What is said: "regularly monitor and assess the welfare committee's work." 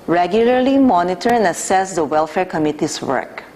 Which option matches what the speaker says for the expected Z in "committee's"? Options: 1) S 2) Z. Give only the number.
1